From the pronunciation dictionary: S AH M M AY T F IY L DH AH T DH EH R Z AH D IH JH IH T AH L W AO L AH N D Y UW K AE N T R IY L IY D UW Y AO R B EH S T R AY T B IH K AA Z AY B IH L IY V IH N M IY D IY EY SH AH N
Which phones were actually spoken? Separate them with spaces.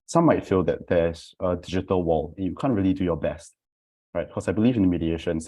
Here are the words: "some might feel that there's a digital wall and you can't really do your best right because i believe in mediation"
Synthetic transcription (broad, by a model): S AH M M AY T F IY L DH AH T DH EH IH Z AH D IH JH IH T AH L W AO L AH N Y UW K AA N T R IY L IY D UW Y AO B EH S T R AY T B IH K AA S AY B IH L IY V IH N M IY D IY EY SH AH N